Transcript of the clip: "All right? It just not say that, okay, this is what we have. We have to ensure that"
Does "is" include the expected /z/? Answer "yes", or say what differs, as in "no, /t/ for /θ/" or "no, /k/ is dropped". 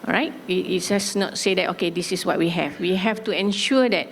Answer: no, /s/ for /z/